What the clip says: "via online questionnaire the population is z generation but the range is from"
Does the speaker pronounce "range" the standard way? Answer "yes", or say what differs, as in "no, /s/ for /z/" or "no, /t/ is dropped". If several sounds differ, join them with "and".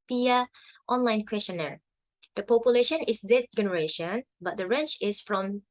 no, /tʃ/ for /dʒ/